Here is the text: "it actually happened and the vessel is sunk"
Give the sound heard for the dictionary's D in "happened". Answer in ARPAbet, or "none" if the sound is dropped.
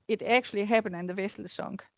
none